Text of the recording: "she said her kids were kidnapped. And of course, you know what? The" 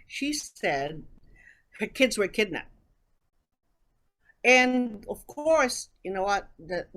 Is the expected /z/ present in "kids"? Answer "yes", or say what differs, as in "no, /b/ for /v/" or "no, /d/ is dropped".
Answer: yes